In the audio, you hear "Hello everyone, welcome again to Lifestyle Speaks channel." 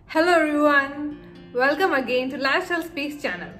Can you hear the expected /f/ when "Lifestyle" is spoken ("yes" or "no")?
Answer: no